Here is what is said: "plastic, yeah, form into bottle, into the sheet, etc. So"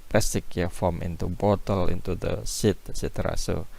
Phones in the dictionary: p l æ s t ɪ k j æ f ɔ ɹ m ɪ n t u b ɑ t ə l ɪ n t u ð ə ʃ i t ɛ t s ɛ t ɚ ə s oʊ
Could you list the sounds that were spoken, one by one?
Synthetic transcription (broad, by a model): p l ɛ s t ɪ k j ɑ f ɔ m ɪ n t u b ɑ t ə l ɪ n t u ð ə s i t t s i t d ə s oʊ